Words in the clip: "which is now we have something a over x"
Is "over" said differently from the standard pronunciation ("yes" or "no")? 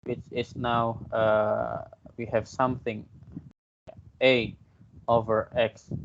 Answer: no